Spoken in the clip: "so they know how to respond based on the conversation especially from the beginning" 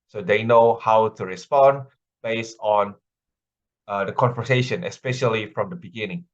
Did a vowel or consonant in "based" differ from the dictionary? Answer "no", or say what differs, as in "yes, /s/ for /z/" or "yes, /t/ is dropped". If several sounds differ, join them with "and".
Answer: yes, /t/ is dropped